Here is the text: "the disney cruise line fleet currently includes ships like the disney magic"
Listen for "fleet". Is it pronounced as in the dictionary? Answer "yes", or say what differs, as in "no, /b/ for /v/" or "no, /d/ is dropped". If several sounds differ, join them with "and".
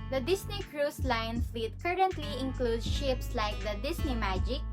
yes